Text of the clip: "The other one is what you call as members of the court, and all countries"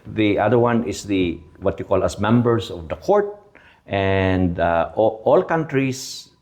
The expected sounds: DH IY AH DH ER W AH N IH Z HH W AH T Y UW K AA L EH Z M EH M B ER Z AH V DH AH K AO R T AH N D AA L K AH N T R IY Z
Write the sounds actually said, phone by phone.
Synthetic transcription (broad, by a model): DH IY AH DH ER W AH N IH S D W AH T Y UW K AA L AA S M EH M B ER S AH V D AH K AO R T AH N D AA L K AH N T R IY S